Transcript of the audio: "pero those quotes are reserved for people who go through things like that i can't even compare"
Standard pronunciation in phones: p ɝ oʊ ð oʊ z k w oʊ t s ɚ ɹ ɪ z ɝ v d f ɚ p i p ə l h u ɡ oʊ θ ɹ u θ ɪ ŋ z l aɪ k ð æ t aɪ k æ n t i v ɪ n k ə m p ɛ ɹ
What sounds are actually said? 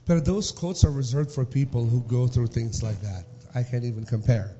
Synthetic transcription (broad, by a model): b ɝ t ð oʊ z k oʊ t s ɚ ɹ ɪ z ɝ v d f ɚ p i p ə l h u ɡ oʊ θ ɹ u θ ɪ ŋ z l aɪ k ð æ t aɪ k æ n t i v ɪ n k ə m p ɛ ɹ